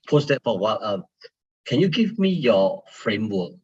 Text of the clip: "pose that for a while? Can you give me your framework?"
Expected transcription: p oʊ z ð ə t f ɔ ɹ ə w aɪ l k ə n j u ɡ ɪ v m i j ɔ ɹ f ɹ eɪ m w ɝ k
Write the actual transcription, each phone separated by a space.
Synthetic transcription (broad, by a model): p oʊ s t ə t f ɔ w ə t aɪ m k ə n j u ɡ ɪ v m i j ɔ f ɹ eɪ m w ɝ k